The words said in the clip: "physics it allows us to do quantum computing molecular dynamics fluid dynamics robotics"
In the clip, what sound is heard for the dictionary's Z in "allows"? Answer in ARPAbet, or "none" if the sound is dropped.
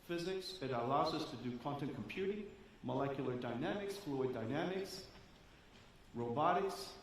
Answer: Z